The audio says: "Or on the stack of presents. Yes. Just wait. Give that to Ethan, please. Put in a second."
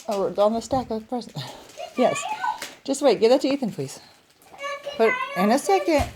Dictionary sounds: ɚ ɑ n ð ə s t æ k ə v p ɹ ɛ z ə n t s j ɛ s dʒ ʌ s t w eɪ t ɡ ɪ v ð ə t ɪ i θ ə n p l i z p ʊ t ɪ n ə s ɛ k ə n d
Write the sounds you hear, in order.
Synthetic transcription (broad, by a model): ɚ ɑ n ð ə s t æ k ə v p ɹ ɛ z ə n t j ɛ s dʒ ʌ s t w eɪ t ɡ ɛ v ð ə t ɪ i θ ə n p l i z b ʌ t ɪ n ə s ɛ k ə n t